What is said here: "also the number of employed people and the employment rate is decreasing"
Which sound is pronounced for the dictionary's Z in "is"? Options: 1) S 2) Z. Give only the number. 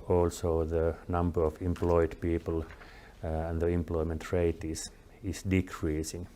1